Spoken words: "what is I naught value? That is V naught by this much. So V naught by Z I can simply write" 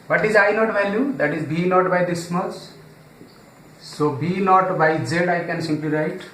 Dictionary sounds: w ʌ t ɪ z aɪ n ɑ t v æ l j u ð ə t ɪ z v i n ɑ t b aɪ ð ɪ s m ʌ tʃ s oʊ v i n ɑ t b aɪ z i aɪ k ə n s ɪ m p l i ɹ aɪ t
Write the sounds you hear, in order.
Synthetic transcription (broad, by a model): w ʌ t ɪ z aɪ n ɑ t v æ l j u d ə t ɪ z b i n ɑ t b aɪ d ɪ s m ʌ s s oʊ b i n ɑ t b aɪ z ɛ aɪ k ə n s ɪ m p l i ɹ aɪ t